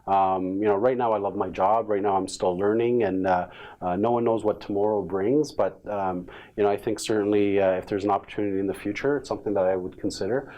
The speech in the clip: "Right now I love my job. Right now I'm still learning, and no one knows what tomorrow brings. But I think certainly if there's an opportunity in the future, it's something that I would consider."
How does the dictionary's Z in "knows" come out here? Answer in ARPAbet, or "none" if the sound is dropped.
Z